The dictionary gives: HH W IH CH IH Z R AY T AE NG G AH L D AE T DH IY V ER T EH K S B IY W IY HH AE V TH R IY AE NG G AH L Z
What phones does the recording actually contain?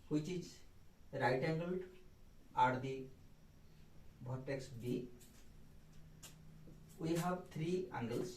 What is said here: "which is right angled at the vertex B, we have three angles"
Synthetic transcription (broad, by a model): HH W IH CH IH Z R AY T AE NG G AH L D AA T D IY B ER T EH K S B IY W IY HH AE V T R IY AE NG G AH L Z